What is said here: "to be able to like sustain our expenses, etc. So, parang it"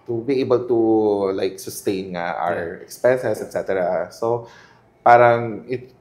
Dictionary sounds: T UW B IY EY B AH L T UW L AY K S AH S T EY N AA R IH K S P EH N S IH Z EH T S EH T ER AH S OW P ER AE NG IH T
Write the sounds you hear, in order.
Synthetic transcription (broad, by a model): T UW B IY EY B AH L T UW L AY K S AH S T EY N AA R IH K S P EH N S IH S EH T S EH T ER AH S OW P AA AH NG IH T